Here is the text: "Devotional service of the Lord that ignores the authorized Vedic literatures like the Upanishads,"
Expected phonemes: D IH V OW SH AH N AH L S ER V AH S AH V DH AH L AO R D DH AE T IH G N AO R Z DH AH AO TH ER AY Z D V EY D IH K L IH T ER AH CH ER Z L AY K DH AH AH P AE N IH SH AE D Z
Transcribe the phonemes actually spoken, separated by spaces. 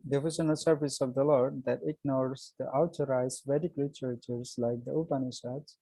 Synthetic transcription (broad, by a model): D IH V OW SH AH N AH L S ER V AH S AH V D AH L AO R D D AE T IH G N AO R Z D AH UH T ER AY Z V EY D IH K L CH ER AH CH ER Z L AY K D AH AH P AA N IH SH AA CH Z